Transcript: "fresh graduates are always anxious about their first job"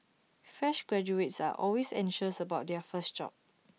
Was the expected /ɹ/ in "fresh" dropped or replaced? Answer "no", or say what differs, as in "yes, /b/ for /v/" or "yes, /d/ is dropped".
yes, /ɹ/ is dropped